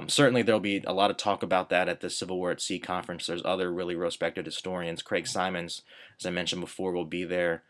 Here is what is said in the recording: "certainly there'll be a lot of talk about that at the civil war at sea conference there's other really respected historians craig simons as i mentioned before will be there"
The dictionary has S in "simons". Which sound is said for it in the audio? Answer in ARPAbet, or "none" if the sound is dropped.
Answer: S